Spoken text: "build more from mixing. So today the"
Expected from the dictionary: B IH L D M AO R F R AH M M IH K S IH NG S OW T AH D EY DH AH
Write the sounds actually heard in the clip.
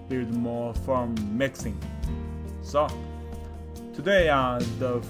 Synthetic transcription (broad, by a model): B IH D M AO F R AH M M IH K S IH NG S OW T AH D EY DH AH